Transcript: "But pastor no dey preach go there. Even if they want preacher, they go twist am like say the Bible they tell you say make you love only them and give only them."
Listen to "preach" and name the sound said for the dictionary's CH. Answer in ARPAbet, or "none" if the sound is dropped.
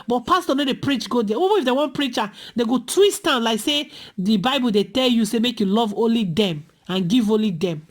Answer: CH